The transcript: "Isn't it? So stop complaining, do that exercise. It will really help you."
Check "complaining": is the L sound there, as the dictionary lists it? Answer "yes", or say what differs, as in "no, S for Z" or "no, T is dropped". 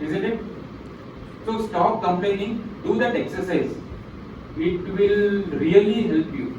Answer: no, L is dropped